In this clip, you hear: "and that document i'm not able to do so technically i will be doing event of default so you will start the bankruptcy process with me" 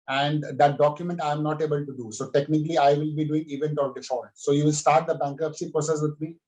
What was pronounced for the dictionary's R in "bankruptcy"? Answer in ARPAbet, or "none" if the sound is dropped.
none